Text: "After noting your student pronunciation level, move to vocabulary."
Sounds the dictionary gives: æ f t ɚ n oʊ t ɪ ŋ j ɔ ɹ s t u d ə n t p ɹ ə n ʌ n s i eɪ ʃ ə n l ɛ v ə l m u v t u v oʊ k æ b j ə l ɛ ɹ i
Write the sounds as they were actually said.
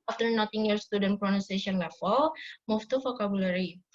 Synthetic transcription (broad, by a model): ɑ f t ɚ n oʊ t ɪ ŋ j ɔ ɹ s t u d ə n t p ɹ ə n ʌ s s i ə n l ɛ f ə l m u f t u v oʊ k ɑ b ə l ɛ ɹ i